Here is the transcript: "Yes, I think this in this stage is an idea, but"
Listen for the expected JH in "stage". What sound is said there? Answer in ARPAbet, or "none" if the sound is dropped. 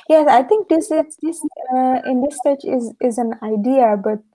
Z